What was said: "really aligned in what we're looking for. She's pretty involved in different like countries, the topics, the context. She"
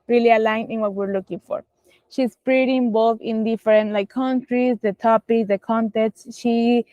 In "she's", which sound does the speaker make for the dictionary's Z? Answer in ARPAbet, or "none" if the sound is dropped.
S